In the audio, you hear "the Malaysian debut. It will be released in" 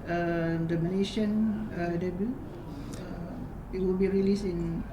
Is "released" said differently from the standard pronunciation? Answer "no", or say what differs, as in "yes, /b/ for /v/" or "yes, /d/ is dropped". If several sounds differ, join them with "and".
yes, /t/ is dropped